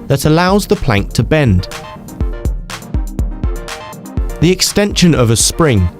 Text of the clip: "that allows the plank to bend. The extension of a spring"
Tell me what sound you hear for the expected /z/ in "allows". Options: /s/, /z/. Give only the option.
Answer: /z/